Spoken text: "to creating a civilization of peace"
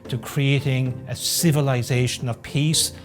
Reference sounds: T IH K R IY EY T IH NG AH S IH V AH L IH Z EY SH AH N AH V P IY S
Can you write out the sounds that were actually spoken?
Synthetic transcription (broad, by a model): T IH K R IY EY T IH NG AH S IH V AH L IH Z EY SH AH N AH V P IY S